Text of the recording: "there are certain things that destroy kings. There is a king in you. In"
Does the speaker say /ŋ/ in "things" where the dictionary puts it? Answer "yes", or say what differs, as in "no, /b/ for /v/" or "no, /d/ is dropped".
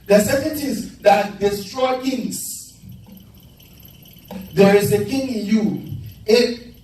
no, /ŋ/ is dropped